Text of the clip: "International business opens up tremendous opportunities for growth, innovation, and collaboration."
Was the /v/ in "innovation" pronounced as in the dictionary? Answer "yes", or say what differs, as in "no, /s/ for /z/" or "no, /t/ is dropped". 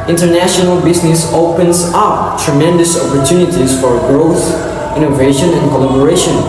yes